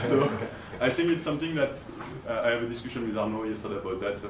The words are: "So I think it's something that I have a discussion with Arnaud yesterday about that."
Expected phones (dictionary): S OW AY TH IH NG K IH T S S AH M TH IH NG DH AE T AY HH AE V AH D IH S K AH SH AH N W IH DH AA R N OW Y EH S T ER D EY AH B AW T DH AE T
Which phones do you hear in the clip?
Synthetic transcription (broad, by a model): S OW AY TH IH NG K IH T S S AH M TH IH NG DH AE T AY HH AE V AH D IH S K AH SH AH N W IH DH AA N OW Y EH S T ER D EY AH B AW T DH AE T